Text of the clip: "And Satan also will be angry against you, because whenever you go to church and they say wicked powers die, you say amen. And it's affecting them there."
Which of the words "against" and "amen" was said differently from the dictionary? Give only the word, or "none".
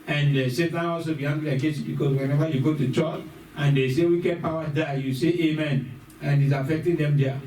against